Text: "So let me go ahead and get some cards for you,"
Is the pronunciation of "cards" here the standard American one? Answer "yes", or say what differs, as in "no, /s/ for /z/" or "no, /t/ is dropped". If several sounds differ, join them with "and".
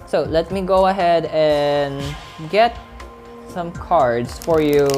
no, /s/ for /z/